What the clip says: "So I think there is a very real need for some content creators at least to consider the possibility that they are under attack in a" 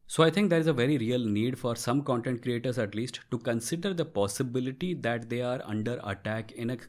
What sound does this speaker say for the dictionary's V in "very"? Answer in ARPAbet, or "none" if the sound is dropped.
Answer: V